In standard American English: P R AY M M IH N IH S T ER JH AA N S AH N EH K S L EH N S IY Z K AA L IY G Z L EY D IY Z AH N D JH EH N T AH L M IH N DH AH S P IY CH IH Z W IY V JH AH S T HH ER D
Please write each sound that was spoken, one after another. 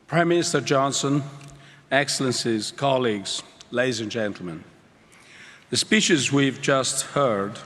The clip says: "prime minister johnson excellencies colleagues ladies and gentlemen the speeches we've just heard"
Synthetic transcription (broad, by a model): P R AY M M IH N IH S T ER JH AA N S AH N EH K S L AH N S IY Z K AA L IY G Z L EY D IY Z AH N JH EH N T L M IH N DH AH S P IY CH IH Z W IY V JH AH S T HH ER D